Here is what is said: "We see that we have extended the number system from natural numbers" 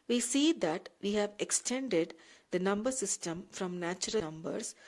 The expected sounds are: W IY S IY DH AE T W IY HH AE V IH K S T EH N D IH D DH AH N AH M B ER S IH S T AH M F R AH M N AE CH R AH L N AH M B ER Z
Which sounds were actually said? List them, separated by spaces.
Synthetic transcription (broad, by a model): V IY S IY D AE T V IY HH AE V IH K S T EH N D IH D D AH N AH M B ER S IH S T AH M F R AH M N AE CH AH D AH M B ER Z